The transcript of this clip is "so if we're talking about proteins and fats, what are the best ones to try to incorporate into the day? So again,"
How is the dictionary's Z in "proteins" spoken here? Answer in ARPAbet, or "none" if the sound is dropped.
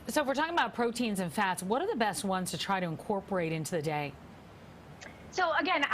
Z